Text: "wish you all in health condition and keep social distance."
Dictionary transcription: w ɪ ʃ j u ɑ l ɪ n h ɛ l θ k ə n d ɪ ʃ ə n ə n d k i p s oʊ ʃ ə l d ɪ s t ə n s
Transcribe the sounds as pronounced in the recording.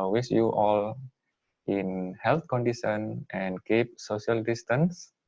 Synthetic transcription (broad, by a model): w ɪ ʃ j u ɑ l ɪ n h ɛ l t k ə n d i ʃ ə n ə n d k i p s oʊ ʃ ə l d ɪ s t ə n s